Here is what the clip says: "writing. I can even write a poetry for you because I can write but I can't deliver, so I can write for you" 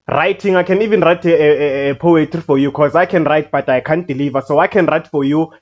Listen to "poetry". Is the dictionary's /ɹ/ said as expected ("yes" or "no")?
no